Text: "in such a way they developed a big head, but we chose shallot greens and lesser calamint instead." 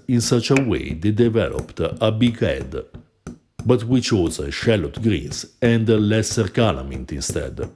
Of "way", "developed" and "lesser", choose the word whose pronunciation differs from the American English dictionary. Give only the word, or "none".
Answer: none